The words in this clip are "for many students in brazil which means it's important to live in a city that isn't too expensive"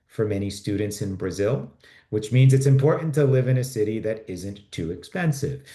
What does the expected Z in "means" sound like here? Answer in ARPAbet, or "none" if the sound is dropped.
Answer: Z